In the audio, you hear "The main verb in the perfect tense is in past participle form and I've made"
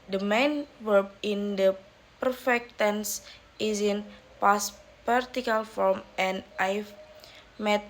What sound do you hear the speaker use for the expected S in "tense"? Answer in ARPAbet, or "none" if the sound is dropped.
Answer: S